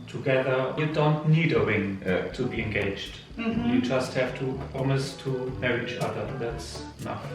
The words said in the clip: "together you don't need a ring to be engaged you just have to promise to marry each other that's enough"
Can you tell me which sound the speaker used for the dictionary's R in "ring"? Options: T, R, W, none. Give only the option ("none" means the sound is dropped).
W